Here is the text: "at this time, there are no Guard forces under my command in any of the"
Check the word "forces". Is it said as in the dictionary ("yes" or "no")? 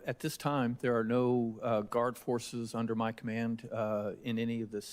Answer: yes